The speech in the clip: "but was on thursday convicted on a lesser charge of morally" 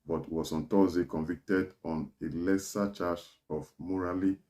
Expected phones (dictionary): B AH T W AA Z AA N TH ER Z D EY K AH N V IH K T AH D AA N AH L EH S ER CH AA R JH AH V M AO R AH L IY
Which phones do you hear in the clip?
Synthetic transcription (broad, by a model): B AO T W AA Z AA N T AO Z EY K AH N V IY K T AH D AA N AH L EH S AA CH AA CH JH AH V M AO R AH L IY